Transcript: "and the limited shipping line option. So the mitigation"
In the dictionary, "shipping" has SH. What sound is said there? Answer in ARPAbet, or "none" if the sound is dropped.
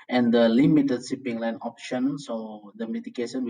S